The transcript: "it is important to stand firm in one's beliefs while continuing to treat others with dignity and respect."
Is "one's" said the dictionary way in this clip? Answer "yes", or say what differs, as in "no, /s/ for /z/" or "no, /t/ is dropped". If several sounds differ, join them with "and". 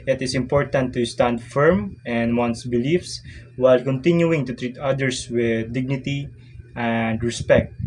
no, /s/ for /z/